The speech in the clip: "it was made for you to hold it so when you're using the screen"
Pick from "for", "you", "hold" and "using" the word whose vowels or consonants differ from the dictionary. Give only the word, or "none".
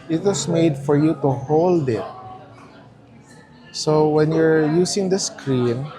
using